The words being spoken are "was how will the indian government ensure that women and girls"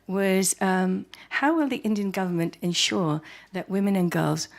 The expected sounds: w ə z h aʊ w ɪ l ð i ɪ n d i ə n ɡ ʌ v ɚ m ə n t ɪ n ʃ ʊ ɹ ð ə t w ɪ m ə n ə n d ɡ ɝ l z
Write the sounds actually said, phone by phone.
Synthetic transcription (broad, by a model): w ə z h aʊ w ɪ l ð i ɪ n d i ə n ɡ ʌ v ɚ m ə n t ɪ n ʃ ʊ ɹ ð ə t w ɪ m ə n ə n ɡ ɝ l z